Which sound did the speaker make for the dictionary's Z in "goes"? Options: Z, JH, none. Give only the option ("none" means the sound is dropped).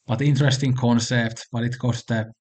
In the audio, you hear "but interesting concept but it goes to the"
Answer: none